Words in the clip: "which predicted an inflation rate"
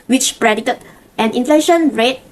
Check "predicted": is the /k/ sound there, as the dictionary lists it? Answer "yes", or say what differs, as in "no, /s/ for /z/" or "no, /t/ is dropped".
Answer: no, /k/ is dropped